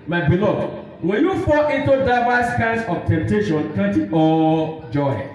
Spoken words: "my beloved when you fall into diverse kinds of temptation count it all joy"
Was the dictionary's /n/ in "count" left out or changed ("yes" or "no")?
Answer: yes